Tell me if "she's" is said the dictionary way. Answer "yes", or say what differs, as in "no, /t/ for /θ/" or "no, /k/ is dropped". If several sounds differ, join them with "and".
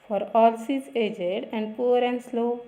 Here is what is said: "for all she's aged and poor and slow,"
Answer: no, /s/ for /ʃ/